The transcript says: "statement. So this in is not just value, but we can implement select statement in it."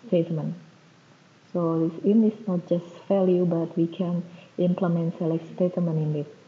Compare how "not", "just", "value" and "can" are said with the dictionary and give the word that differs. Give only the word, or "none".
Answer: value